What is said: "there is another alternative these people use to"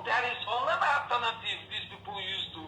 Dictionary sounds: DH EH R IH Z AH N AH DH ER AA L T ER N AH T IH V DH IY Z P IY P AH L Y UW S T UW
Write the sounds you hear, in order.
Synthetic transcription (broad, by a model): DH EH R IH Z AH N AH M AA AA T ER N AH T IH F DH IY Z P IY P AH L Y UW S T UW